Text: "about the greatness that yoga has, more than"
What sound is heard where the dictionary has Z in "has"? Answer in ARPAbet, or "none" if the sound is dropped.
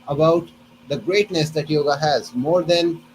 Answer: Z